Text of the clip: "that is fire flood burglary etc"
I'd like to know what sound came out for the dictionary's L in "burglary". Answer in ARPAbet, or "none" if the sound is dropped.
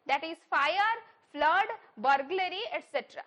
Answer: L